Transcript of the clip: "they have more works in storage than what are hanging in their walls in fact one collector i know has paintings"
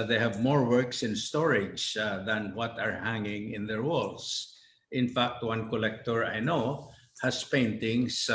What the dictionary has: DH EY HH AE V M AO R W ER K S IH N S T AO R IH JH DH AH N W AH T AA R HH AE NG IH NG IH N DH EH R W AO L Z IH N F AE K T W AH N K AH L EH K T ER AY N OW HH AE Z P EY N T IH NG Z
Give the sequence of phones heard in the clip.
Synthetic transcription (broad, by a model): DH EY HH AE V M AO R W ER K S IH N S T AO R IH JH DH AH N W AH T AA R HH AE NG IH NG IH N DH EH R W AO L S IH N F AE K T W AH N K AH L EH K T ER AY N OW HH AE S P EY N T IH NG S